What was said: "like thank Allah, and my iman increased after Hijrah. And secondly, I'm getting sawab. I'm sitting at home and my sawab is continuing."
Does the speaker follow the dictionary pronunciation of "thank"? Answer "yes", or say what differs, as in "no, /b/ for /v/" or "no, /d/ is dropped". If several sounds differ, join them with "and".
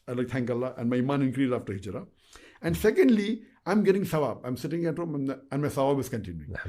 no, /t/ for /θ/